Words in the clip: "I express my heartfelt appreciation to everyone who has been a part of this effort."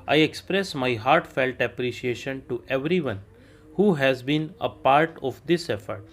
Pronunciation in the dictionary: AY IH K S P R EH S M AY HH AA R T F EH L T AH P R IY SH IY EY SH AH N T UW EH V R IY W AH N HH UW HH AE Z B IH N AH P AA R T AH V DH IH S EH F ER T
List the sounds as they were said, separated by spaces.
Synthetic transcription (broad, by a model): AY IH K S P R EH S M AY HH AA R T F EH L T AH P R IY SH IY EY SH AH N T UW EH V R IY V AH N HH UW HH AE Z B IH N AH P AA R T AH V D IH S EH F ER T